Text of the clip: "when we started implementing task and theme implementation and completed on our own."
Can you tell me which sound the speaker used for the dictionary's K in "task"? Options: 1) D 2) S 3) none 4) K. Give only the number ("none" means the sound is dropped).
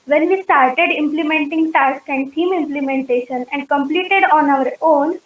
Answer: 4